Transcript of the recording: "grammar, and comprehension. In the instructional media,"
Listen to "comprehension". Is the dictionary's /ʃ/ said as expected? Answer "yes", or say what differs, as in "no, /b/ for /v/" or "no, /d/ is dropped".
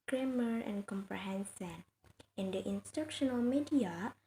no, /s/ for /ʃ/